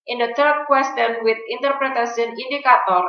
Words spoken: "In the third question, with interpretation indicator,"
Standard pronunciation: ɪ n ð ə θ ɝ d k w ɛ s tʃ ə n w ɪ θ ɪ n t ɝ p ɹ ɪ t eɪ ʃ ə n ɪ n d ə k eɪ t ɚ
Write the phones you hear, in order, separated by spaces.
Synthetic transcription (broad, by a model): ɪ n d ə t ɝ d k w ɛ s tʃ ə n w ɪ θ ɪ n t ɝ p ɹ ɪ t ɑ s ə n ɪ n d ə k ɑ t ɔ